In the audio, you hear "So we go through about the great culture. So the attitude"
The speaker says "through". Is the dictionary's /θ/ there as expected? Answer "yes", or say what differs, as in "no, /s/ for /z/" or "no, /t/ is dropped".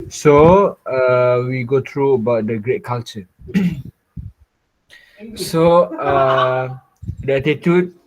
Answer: no, /t/ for /θ/